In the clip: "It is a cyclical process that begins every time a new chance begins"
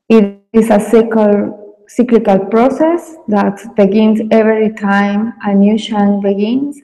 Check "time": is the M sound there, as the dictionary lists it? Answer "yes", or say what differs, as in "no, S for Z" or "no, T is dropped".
yes